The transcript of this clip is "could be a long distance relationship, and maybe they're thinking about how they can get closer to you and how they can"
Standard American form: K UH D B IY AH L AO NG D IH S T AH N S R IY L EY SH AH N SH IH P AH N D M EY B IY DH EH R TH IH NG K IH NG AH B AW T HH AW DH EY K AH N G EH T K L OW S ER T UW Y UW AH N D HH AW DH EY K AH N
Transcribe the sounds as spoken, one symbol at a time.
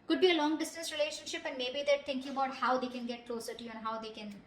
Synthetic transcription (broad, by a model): K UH D B IY AH L AO NG D IH S T AH N S R IY L EY SH AH N SH IH P AH N D M EY B IY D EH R T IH NG K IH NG AH B AW T HH AW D EY K AH N G EH T K L OW S ER T UW Y UW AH N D HH AW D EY K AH N